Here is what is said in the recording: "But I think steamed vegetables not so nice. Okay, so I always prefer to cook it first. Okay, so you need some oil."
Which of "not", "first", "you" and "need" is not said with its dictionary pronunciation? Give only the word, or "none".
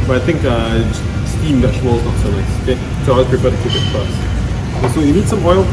first